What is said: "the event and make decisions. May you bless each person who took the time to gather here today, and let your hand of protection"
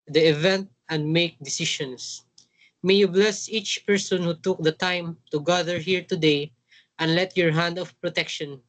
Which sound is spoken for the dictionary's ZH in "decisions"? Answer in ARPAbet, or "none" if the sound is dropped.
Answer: SH